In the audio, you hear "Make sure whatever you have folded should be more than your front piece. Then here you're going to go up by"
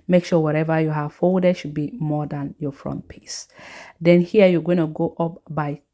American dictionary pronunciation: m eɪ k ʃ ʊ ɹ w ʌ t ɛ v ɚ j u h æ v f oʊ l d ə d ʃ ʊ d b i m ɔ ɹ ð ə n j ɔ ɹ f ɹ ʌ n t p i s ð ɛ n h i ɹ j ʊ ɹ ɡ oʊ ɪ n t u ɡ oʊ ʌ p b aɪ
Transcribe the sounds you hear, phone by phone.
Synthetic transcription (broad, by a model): m eɪ k ʃ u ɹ w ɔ t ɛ v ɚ j u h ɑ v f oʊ d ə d ʃ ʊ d b i m ɔ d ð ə n j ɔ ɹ f ɹ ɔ n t p i s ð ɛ n h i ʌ j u ɡ oʊ ɪ n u ɡ oʊ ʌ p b aɪ